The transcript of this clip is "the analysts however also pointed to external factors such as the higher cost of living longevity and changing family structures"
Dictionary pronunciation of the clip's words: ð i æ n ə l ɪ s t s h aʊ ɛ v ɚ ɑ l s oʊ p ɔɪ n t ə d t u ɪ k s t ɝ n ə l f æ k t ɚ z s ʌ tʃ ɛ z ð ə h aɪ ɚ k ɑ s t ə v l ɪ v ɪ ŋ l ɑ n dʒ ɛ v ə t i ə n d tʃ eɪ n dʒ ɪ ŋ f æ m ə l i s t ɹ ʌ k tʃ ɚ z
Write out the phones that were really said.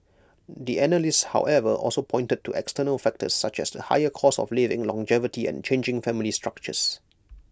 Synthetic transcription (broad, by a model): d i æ n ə l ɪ s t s h aʊ ɛ v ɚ ɑ l s oʊ p ɔɪ n t ə d t u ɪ k s t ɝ n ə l f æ k t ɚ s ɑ tʃ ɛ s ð ə h aɪ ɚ k ɑ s ə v l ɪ v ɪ ŋ l ɑ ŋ dʒ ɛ v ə t i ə n tʃ eɪ n dʒ ɪ ŋ f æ m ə l i s t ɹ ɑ k tʃ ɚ s